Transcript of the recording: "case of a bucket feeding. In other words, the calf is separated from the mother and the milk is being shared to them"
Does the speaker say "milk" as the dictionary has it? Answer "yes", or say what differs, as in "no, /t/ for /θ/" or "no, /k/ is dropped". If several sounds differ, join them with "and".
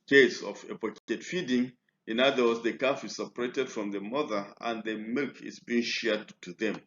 yes